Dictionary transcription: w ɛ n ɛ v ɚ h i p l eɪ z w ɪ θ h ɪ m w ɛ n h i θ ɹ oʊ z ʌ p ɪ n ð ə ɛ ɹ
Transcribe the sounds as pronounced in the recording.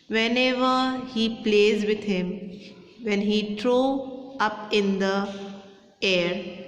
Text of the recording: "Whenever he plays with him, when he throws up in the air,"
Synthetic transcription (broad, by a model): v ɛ n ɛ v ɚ h i p l eɪ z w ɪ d h ɪ m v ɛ n h i t ɹ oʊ ʌ p ɪ n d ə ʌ ɹ